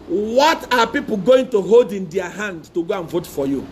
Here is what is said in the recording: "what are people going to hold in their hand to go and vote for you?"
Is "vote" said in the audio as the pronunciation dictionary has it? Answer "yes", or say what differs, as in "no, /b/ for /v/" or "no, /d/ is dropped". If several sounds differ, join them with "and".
yes